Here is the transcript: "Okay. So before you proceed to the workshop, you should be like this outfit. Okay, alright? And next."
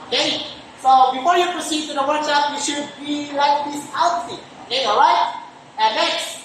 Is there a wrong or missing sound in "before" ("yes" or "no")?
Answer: no